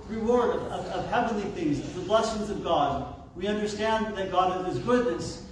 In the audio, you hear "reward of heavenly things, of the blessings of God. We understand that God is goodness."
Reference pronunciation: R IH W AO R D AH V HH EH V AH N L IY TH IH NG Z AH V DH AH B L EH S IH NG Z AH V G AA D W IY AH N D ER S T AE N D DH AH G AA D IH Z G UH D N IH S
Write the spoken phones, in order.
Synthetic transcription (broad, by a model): R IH W AO R D AH V HH EH V AH N L IY TH IH NG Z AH DH AH B L EH S IH NG Z AH V G AA D W IY AH N D ER S T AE N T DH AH G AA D IH Z G UH D N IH S